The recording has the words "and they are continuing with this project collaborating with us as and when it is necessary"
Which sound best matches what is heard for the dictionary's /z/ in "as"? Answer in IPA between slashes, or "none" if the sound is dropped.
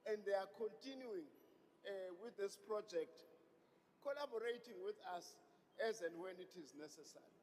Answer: /z/